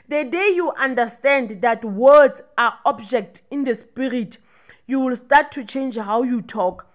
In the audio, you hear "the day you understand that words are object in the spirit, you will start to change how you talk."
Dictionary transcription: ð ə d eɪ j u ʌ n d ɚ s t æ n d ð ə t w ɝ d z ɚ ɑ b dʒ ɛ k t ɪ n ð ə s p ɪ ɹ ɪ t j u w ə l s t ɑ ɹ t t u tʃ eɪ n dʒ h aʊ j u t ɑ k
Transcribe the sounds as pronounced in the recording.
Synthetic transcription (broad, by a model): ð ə d eɪ j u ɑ n d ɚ s t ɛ n d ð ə t w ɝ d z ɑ ɑ b dʒ ɛ k t ɪ n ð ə s p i ɹ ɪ t j u w ə l s t ɑ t t u tʃ eɪ n dʒ h aʊ j u t ɑ k